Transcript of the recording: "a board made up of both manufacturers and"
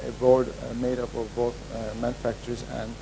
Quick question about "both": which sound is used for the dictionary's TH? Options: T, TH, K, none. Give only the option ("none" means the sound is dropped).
T